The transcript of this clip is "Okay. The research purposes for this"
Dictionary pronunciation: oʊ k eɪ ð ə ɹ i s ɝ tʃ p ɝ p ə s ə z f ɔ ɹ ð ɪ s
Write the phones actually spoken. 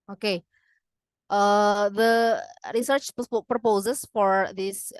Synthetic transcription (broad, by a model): oʊ k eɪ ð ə ɹ i s ɝ tʃ p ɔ p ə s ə s f ɔ ɹ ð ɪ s